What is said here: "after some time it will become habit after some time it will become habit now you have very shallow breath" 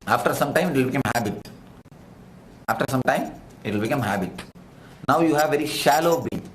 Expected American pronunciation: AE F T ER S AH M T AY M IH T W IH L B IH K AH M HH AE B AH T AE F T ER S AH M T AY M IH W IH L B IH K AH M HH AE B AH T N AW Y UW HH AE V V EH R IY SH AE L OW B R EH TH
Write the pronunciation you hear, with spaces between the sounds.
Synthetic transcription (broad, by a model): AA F T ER S AH M T AY M IH T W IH L B IH K AH M HH AE B AH T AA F T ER S AH M T AY M IH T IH L B IH K AH M HH AE B AH T N AW Y UW HH AE V V EH R IY SH AE L OW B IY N